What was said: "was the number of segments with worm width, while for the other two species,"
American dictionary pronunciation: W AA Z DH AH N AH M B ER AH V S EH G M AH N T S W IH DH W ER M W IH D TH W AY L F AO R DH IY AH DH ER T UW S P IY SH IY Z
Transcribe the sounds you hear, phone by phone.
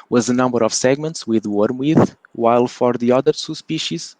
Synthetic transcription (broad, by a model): W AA Z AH N AH M B ER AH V S EH G M AH N T S W IH DH W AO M W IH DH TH W AY L F AO R DH IY AH DH ER S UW S P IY SH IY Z